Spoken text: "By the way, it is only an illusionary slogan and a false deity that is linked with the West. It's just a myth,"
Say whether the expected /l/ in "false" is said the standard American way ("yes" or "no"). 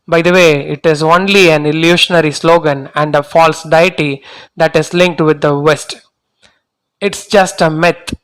yes